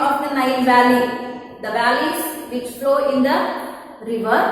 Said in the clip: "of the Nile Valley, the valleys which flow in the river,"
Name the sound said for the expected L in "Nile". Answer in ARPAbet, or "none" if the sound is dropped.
N